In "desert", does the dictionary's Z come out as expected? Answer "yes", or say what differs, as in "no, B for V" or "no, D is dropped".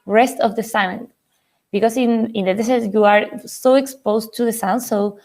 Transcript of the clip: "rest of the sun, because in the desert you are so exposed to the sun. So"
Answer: no, S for Z